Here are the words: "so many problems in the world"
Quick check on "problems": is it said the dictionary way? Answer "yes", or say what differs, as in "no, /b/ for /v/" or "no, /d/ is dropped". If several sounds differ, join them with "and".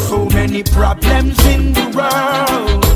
yes